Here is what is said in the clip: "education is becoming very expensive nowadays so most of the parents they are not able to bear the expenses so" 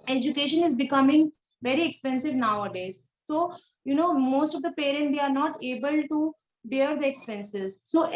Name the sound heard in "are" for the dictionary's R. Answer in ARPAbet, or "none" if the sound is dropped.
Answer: R